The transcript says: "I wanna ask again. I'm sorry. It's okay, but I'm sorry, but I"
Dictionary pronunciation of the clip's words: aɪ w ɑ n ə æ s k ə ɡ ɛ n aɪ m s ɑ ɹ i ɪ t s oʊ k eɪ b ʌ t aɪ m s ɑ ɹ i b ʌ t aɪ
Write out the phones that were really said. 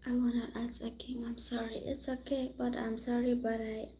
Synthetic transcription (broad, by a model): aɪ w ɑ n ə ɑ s ə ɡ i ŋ aɪ m s ɑ ɹ i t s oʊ k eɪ b ʌ t aɪ m s ɑ ɹ i b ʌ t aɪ